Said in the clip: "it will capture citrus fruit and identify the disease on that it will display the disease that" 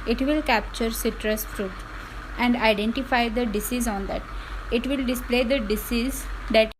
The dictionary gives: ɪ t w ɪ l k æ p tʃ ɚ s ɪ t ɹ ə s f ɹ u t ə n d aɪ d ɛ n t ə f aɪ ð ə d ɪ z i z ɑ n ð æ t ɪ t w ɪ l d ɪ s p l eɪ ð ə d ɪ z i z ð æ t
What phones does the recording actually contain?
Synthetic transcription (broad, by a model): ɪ t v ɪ l k æ p tʃ ɚ s ɪ t ɹ ə s f ɹ u t ə n d aɪ d ɛ n t ə f aɪ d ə d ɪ s i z ɑ n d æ t ɪ t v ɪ l d ɪ s p l eɪ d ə d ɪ s i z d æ t